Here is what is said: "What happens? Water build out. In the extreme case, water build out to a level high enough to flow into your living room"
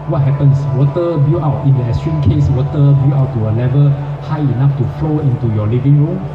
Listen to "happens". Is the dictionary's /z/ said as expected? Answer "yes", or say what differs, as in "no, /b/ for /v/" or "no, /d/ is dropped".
no, /s/ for /z/